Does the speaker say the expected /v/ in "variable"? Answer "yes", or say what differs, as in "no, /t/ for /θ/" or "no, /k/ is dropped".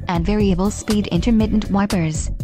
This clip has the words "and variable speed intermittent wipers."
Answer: yes